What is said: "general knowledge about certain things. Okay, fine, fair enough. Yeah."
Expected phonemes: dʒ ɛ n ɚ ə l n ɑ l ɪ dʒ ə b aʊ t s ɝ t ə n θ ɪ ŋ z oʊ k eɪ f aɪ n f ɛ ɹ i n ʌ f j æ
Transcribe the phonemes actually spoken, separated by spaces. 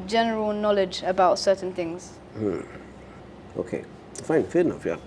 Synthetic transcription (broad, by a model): dʒ ɛ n ɚ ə l n ɑ l ɪ dʒ ə b aʊ t s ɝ t n θ ɪ ŋ z oʊ k eɪ f aɪ n f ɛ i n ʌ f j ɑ